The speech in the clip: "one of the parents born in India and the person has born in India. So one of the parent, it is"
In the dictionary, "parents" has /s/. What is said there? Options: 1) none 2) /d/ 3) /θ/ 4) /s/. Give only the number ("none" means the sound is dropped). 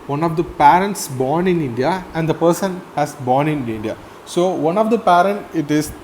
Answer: 4